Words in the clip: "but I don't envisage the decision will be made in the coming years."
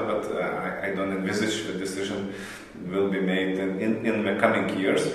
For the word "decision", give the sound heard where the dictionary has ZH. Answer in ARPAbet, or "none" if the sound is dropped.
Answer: ZH